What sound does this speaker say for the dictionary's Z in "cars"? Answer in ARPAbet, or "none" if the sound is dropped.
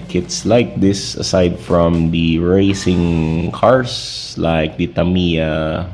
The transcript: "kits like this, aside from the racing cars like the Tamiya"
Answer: S